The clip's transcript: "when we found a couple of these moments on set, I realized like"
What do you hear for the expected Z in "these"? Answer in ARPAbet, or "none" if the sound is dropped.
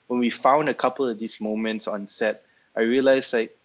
S